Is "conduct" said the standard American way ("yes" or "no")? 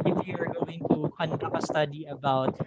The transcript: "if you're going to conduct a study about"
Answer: no